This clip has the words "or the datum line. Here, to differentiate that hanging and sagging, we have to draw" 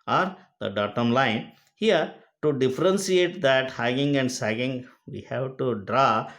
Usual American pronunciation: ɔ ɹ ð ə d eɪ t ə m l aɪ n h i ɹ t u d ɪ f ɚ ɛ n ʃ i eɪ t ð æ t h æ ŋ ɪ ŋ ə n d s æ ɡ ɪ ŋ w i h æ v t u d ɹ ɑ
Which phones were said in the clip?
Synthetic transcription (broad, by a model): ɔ ɹ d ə d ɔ t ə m l aɪ n h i ɹ t u d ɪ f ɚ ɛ n s i eɪ t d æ t h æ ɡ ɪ ŋ ə n d s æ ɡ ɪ ŋ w i h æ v t u d ɹ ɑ